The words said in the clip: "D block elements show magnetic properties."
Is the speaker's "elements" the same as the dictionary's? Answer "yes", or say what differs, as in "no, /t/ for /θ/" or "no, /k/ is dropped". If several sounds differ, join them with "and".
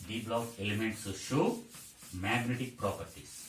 yes